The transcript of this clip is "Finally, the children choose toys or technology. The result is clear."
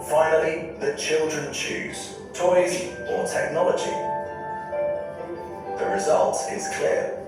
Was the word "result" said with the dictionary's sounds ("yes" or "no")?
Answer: yes